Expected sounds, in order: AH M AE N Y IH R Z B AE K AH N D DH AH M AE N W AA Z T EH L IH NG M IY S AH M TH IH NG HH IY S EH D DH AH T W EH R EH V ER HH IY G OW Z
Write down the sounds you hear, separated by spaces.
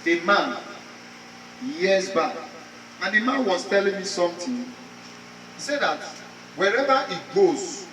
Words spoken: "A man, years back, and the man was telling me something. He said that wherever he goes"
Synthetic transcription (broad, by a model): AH M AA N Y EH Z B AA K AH N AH M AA N W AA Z T EH L IH NG M IY S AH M T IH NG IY S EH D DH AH T W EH R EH V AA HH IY G OW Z